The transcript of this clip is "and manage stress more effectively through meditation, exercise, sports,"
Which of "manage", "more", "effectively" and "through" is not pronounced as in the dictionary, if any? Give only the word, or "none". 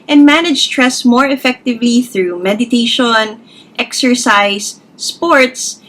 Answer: none